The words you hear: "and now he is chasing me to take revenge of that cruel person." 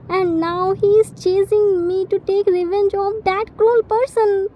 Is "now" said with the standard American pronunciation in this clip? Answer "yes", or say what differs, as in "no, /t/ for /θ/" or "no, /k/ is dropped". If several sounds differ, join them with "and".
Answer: yes